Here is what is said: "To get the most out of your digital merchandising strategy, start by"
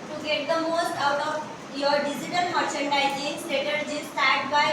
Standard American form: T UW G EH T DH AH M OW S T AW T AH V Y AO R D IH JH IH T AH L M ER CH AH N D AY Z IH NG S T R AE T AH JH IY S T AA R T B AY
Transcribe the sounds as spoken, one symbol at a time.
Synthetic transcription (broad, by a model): T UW G EH T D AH M OW S T AW T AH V Y AO R D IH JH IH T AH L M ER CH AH N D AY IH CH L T AH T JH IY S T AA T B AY